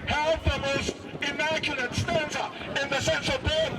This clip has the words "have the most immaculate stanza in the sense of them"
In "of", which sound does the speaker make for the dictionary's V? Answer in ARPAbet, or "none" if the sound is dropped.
V